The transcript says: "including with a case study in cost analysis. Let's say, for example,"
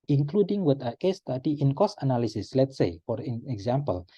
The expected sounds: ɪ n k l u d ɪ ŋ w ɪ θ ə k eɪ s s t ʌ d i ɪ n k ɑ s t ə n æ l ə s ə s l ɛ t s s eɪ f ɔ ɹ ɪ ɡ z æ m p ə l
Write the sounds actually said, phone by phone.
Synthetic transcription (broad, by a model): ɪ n k l u d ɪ ŋ w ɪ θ ə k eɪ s s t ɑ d i ɪ n k ɑ s ə n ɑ l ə s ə s l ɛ t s s eɪ f ɔ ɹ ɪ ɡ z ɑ m p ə l